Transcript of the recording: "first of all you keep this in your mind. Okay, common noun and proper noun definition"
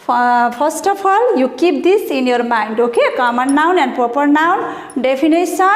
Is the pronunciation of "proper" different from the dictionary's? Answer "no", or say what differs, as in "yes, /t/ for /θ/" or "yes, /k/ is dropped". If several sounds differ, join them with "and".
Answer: no